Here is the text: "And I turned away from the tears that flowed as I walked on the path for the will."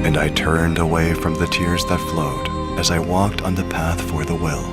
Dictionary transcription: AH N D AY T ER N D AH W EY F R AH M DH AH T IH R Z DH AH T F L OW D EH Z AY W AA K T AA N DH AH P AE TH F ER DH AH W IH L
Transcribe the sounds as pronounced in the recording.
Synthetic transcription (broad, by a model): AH N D AY T ER N D AH W EY F R AH M DH AH T IH R Z DH AH T F L OW D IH Z AY W AA K T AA N DH AH P AE TH F ER DH AH W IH L